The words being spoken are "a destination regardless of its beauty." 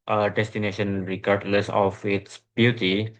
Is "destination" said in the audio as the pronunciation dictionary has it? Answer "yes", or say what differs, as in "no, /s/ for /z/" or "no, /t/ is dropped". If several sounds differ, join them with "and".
yes